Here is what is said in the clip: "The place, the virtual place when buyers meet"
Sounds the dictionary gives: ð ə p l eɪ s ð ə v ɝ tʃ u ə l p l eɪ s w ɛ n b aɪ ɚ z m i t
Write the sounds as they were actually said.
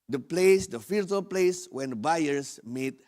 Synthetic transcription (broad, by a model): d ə p l eɪ s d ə f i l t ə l p l eɪ s w ɛ n b aɪ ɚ s m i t